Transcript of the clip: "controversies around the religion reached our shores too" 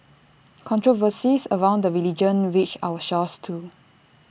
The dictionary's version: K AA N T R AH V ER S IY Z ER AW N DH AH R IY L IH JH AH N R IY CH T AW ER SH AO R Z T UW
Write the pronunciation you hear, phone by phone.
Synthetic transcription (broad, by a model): K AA N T R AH V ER S IY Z ER AW N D AH R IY L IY JH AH N W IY CH AW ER SH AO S T UW